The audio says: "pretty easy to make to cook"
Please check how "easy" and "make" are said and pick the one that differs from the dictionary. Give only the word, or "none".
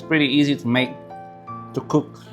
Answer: none